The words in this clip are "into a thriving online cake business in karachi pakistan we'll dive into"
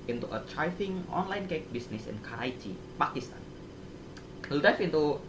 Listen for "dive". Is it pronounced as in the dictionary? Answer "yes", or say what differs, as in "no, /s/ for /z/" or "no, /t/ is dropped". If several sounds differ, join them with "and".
no, /f/ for /v/